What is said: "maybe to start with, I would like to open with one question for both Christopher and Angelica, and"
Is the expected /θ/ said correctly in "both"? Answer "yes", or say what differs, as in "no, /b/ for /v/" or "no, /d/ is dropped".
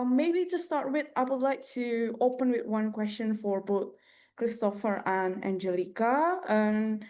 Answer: yes